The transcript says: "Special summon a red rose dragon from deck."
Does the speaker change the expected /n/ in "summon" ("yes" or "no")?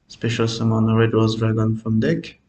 no